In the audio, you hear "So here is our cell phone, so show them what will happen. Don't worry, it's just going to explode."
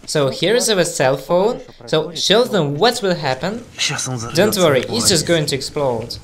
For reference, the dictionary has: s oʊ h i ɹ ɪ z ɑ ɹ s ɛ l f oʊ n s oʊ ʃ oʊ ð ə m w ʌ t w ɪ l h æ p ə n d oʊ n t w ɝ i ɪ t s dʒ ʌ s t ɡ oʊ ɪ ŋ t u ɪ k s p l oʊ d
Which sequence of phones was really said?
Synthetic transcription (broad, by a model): s oʊ h i ɹ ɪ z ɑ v s ɛ l f oʊ n s oʊ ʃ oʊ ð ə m w ʌ t w ɪ l h æ p ə n d oʊ n t w ɝ i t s dʒ ʌ s t ɡ oʊ ɪ ŋ t u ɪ k s p l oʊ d